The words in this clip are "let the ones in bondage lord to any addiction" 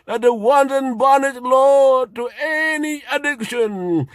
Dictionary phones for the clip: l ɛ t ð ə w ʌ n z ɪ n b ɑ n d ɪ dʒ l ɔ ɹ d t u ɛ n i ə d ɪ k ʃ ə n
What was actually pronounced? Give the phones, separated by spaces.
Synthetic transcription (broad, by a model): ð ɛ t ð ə w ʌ n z ɪ n b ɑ n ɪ ʃ l ɔ t u ɛ n i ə d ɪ k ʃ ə n